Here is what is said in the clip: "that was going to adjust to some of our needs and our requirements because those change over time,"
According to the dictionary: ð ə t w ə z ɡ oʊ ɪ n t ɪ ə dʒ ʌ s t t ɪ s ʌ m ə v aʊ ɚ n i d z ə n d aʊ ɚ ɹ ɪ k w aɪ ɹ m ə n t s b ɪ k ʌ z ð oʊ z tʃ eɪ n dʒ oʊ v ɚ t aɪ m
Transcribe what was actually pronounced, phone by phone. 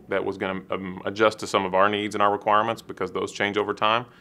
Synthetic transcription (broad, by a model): ð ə t w ə z ɡ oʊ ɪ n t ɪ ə dʒ ʌ s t t ɪ s ʌ m ə v aʊ ɚ n i d z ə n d aʊ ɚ ɹ ɪ k w aɪ ɹ m ə n t s b ɪ k ʌ z ð oʊ z tʃ eɪ n dʒ oʊ v ɚ t aɪ m